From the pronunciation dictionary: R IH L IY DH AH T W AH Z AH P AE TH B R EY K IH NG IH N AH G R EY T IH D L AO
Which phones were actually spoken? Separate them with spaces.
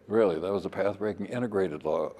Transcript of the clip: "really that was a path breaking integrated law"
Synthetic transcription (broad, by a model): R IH L IY DH AH T W AH Z AH P AE TH B R EY K IH NG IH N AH G R EY T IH D L AO